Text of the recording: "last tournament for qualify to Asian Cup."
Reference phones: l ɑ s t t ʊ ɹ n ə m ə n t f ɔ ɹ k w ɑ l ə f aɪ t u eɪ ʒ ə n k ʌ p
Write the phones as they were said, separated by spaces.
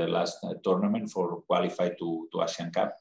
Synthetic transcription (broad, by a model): l ɑ s t t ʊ ɹ n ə m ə n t f ɔ ɹ k w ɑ l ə f aɪ t u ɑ s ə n k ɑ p